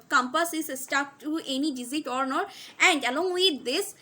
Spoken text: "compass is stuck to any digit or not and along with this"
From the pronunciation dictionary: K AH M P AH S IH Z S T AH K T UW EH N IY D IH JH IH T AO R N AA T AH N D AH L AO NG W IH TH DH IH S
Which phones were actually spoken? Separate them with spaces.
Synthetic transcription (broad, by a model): K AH M P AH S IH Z S T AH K T UW EH N IY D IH Z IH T AO R N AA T AH N D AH L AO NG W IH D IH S